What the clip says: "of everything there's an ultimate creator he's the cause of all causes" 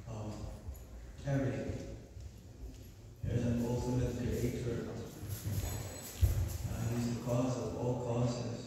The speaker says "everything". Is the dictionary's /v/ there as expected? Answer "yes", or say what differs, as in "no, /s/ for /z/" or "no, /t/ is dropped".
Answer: no, /v/ is dropped